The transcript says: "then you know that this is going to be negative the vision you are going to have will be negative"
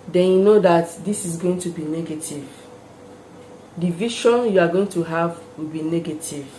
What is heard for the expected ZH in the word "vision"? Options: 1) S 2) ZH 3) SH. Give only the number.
3